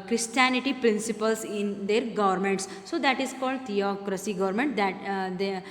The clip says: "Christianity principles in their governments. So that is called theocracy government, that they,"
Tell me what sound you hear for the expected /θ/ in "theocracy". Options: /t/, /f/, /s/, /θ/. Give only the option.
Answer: /t/